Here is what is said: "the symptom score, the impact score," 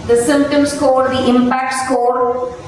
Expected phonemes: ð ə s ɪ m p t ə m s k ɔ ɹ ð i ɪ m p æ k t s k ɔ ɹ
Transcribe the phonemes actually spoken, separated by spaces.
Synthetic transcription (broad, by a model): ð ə s ɪ m p t ə m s k ɔ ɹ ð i ɪ m p æ k t s k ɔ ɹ